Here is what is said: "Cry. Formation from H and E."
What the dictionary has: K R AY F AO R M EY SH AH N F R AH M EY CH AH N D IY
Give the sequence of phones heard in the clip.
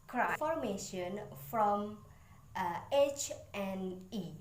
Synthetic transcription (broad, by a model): K R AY F AO R M EY SH AH N F R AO M EY CH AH N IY